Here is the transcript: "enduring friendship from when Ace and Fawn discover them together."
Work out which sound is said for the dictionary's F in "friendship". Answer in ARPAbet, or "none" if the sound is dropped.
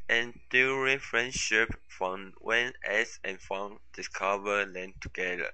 F